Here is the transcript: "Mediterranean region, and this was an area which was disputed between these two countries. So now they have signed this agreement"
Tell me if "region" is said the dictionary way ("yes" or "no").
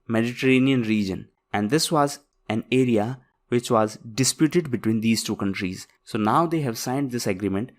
yes